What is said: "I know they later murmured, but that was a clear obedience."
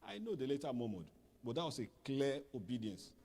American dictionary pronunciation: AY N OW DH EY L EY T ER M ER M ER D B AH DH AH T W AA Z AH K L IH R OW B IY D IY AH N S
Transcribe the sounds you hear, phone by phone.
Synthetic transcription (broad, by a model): AY N OW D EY L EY T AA M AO M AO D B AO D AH T W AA S AH K L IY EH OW B IY D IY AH N S